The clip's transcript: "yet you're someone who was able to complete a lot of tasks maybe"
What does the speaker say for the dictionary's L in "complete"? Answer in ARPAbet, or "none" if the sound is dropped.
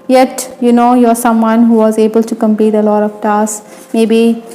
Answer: none